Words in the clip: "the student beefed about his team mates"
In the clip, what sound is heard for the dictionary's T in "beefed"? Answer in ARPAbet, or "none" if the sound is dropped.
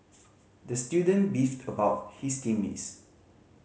T